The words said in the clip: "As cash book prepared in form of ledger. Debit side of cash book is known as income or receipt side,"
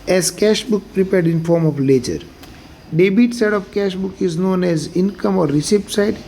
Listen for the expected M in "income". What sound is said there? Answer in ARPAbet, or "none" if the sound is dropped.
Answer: M